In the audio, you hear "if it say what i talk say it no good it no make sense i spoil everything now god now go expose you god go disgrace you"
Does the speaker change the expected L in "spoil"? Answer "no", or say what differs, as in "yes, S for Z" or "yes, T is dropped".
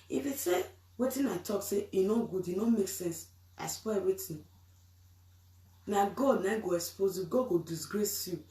yes, W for L